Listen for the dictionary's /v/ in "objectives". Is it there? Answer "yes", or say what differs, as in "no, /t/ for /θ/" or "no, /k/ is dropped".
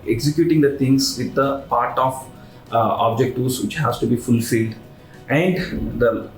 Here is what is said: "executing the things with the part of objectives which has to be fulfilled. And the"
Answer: no, /v/ is dropped